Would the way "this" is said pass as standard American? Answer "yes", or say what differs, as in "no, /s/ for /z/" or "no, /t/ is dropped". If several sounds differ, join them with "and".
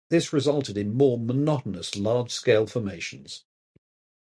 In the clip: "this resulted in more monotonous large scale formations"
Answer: yes